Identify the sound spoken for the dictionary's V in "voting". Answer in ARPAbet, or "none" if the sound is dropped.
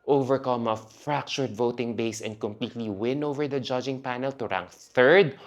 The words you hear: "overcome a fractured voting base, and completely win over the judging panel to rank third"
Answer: V